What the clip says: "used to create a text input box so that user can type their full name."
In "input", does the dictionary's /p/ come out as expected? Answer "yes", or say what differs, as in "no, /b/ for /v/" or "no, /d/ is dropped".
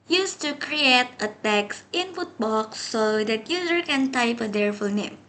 no, /f/ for /p/